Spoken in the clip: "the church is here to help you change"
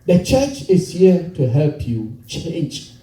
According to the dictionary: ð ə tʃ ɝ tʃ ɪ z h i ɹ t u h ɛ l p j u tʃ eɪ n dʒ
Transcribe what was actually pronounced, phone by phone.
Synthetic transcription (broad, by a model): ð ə tʃ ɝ tʃ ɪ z h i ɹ t u h ɛ l p j u tʃ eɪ n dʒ